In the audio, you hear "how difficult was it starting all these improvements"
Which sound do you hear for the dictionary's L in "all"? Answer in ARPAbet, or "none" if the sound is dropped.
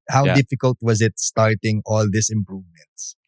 L